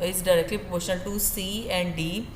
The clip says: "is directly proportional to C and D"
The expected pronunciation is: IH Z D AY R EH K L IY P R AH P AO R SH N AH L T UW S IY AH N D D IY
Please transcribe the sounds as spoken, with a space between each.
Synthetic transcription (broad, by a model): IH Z D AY R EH K L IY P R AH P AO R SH AH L T UW S IY AH N D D IY